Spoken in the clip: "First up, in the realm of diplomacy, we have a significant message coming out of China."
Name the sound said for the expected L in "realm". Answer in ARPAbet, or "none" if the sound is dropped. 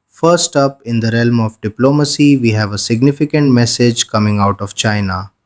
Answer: L